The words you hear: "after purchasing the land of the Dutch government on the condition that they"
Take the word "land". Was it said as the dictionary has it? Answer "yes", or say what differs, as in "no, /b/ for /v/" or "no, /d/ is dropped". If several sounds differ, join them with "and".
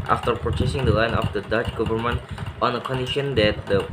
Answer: no, /d/ is dropped